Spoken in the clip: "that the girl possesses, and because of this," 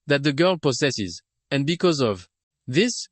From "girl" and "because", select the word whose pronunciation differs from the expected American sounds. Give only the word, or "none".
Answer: none